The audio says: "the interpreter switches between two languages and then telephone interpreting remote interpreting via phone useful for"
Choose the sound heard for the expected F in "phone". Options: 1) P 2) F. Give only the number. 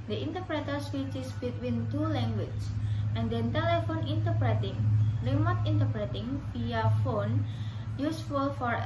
2